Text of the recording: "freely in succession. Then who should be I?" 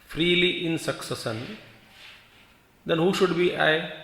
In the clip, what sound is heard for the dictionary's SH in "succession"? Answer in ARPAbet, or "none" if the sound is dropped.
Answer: S